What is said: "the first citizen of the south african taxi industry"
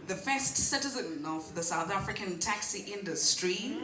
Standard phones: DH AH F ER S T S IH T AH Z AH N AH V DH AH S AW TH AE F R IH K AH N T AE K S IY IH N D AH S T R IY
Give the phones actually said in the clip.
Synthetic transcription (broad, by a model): DH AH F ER S T S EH T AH Z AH N AH V DH AH S AW TH AE F R IH K AH N T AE K S IY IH N D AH S T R IY